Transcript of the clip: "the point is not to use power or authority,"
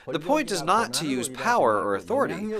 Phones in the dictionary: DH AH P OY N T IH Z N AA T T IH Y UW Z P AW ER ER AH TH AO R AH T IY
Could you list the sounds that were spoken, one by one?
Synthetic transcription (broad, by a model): DH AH P OY N T IH Z N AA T T IH Y UW Z P AW ER ER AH TH AO R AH T IY